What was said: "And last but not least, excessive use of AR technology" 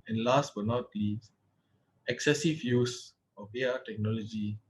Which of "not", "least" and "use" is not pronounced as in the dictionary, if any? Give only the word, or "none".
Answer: least